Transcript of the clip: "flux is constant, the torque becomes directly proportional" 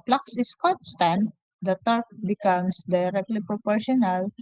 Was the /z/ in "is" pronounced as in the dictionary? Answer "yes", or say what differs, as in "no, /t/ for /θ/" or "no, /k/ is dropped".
no, /s/ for /z/